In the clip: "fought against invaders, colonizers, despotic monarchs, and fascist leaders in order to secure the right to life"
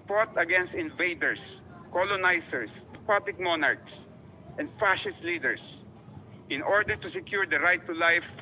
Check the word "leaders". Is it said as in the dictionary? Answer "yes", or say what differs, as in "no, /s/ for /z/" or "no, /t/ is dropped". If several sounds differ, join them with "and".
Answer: no, /s/ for /z/